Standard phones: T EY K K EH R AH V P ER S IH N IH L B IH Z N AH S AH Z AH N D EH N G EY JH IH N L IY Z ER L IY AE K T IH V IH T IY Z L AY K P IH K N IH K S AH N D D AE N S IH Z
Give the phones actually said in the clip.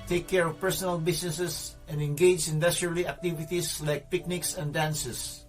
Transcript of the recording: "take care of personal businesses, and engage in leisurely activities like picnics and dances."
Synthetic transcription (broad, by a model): T EY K K EH R AH V P ER S IH N IH L B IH S N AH S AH S AH N D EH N G EY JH IH N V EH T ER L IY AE K T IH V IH T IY S L AY K P IH K N IH K S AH N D D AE N S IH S